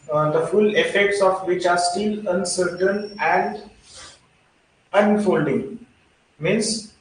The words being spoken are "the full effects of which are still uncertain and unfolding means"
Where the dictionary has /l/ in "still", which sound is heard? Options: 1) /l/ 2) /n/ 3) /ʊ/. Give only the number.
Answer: 1